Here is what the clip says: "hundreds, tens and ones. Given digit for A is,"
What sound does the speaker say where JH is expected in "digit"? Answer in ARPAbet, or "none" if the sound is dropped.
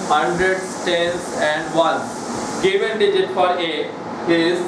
JH